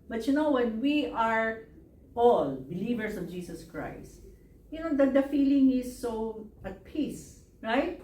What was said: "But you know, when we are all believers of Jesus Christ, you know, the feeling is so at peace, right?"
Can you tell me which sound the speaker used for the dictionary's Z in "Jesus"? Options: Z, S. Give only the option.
S